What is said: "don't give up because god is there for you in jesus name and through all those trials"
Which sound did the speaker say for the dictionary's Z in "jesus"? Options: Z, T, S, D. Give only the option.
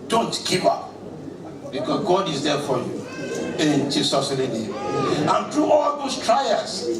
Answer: S